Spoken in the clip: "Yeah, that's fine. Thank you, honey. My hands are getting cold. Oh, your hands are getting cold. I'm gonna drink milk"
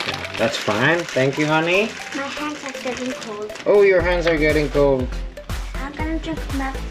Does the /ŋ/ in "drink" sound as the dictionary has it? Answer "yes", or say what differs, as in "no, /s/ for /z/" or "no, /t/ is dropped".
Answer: no, /ŋ/ is dropped